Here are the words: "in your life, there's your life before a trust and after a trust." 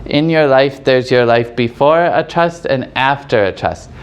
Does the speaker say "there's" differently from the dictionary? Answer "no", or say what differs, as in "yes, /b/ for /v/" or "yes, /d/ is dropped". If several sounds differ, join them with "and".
no